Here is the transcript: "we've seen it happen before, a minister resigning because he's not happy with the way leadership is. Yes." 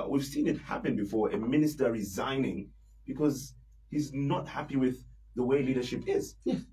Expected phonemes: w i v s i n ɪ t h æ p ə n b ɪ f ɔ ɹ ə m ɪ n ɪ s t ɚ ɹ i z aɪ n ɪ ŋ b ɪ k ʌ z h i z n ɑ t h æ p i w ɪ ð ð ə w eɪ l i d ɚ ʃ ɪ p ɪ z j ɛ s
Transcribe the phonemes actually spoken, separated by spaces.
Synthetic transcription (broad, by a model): w i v s i n ɪ t h æ p ə n b ɪ f ɔ ɹ ə m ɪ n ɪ s t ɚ ɹ i z aɪ n ɪ ŋ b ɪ k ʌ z h i z n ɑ t h æ p i w ɪ ð ð ə w eɪ l i d ɚ ʃ ɪ p ɪ z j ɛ